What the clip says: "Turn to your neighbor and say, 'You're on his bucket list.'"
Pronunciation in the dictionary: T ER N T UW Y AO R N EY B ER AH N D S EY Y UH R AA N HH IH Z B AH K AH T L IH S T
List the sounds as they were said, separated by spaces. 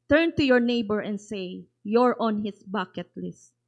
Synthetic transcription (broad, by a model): T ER N T UW Y AO R N EY B ER AH N D S EY Y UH R AA N HH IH S B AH K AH T L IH S T